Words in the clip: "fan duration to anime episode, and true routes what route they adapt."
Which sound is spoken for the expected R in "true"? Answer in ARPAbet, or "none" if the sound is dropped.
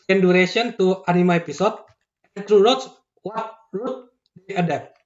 R